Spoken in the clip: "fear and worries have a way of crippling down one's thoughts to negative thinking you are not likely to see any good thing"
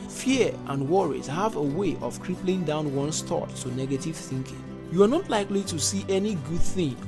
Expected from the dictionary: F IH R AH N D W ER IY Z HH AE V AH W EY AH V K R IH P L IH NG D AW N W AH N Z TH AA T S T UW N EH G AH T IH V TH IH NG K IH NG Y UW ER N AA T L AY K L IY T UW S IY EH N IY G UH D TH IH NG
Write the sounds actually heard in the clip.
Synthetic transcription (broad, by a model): F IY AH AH N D W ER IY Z HH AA V AH W EY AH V K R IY P L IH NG D AW N W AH N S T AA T T UW N EH G AH T IH V TH IH NG K IH NG Y UW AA N AA T L AY K L IY T UW S IY EH N IY G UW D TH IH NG